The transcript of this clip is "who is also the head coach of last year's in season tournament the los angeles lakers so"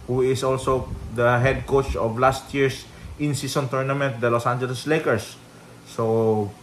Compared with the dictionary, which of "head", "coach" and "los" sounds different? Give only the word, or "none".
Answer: none